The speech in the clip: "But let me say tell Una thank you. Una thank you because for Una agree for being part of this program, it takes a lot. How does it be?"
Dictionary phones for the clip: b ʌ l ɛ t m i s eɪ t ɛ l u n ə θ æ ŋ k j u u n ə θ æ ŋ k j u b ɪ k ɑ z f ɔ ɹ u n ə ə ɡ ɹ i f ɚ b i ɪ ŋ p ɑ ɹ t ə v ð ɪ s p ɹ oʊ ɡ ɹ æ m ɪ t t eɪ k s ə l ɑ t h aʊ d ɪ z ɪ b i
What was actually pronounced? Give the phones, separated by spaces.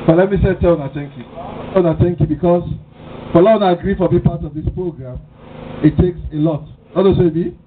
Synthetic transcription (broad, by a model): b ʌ l ɛ t m i s eɪ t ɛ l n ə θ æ ŋ k j u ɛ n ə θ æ ŋ k j u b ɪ k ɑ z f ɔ l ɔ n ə ə ɡ ɹ i f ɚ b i p ɑ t ə v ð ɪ s p ɹ oʊ ɡ ɹ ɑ m ɪ t t eɪ k s ə l ɑ t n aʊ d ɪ s ɪ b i